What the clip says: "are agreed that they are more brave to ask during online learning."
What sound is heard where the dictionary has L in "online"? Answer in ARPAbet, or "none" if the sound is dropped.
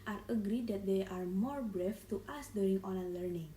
none